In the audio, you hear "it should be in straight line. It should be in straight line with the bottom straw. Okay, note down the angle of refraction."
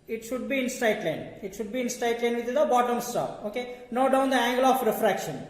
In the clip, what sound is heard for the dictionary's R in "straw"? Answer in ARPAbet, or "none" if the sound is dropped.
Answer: none